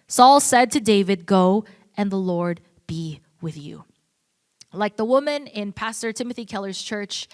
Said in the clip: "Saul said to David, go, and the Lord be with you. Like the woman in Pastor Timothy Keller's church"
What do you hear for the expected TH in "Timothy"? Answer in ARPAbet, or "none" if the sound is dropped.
TH